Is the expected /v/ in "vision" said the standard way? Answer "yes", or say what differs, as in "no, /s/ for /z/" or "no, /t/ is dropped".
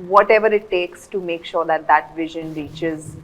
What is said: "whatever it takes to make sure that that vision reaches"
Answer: yes